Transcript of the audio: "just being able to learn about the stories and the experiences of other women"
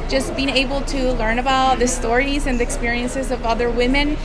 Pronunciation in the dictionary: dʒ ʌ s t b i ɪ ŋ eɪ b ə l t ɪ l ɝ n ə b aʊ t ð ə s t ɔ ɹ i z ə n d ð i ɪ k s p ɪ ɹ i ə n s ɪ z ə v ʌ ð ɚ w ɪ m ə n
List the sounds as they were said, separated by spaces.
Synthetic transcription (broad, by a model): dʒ ʌ s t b i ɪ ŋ eɪ b l t ɪ l ɝ n ə b aʊ t ð ə s t ɔ ɹ i z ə n ð i ɪ k s p ɪ ɹ i ə n s ɪ z ə v ʌ ð ɚ w ɪ m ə n